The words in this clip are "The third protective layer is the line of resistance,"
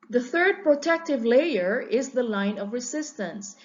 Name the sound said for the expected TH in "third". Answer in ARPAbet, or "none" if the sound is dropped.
TH